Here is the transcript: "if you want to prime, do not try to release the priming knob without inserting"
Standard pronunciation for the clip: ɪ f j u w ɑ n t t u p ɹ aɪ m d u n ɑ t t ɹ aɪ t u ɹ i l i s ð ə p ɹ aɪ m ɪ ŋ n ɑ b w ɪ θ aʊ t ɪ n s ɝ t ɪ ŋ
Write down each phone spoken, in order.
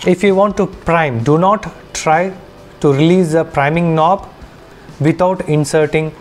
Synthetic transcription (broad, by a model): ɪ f j u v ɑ n t t u p ɹ aɪ m d u n ɑ t t ɹ aɪ t u ɹ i l i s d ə p ɹ aɪ m ɪ ŋ n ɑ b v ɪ t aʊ t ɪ n s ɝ t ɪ ŋ